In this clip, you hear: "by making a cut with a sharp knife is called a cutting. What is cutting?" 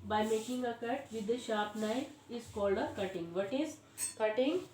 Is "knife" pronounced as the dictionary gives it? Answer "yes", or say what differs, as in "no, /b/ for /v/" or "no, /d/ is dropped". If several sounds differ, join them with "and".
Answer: no, /f/ is dropped